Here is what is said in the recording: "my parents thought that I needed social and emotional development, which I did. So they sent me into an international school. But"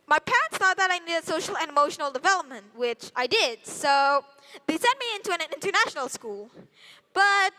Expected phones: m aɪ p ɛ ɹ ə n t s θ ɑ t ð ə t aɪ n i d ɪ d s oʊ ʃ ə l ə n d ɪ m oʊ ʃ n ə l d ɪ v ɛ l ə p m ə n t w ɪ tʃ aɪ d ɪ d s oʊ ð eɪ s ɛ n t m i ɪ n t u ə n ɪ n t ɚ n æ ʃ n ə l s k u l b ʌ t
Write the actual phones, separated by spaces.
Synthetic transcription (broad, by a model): m aɪ p ɛ ɹ ə n t s θ ɑ t ð ə t aɪ n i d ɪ s oʊ ʃ l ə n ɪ m oʊ ʃ n l d ɪ v ɛ l ə p m ə n t w ɪ tʃ aɪ d ɪ d s oʊ ð eɪ s ɛ n m i ɪ n t u ə n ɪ n t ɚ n æ ʃ n l s k u l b ʌ t